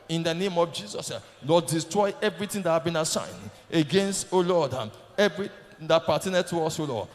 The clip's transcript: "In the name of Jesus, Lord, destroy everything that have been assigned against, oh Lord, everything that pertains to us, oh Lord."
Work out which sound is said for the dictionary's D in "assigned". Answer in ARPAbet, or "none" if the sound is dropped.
D